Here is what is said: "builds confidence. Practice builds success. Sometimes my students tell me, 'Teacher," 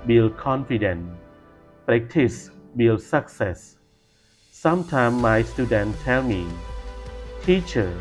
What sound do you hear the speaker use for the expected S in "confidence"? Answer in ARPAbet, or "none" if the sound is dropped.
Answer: none